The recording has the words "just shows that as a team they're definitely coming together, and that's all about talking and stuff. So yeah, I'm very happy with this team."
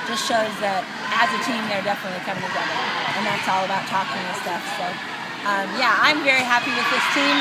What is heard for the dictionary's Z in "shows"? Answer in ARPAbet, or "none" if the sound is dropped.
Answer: Z